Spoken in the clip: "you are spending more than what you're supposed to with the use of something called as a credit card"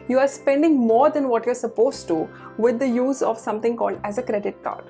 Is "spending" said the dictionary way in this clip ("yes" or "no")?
yes